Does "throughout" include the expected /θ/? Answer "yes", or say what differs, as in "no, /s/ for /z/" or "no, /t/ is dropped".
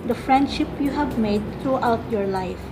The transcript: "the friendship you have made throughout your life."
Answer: no, /t/ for /θ/